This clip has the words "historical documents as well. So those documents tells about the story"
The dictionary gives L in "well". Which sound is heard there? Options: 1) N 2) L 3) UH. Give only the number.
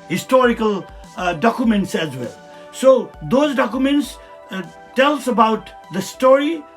2